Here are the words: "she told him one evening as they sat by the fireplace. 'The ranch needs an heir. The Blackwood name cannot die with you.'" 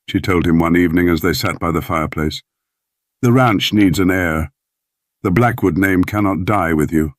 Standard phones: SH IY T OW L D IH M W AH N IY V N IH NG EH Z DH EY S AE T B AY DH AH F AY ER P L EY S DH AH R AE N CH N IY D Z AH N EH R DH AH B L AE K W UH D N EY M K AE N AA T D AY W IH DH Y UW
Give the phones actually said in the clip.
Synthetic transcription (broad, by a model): SH IY T OW L D IH M W AH N IY V N IH NG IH Z DH EY S AE T B AY DH AH F AY ER P L EY S DH AH R AE N CH N IY D Z AH N EH R DH AH B L AE K W UH D N EY M K AE N AA T D AY W IH DH Y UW